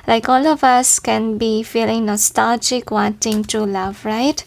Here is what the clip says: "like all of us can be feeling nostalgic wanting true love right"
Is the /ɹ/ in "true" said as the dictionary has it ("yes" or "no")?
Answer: no